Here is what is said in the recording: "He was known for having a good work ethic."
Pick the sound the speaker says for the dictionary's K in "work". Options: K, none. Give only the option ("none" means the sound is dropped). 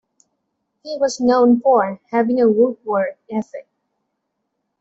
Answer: none